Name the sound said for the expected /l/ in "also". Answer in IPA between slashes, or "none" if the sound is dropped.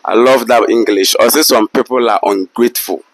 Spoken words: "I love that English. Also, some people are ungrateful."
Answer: none